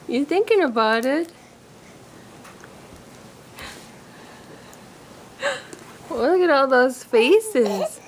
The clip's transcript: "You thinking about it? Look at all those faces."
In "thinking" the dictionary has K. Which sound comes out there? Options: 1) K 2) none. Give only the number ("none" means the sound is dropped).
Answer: 1